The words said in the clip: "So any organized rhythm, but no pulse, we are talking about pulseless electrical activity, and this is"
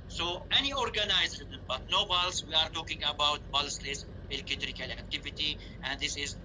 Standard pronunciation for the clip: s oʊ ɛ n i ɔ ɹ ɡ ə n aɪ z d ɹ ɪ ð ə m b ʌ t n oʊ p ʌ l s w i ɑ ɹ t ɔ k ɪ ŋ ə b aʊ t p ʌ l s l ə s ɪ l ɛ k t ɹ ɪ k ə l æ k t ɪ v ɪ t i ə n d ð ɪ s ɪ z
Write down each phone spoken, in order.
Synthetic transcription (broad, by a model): s oʊ ɛ n i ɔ ɹ ɡ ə n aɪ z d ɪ ə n b ʌ t n oʊ b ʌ l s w i ɑ ɹ t ɔ k ɪ ŋ ə b aʊ t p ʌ l s l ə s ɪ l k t ɹ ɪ k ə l æ k t ɪ v ɪ t i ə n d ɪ s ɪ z